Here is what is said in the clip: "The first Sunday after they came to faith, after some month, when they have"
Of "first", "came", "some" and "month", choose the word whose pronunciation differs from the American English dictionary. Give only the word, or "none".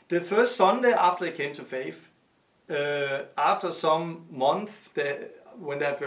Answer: none